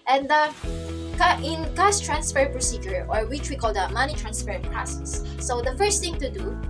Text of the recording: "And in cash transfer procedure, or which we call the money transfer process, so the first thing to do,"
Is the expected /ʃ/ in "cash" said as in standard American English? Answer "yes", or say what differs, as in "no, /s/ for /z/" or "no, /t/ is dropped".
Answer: no, /s/ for /ʃ/